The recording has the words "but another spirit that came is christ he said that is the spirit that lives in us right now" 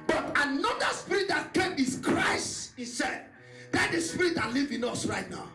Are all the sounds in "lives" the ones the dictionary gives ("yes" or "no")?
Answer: no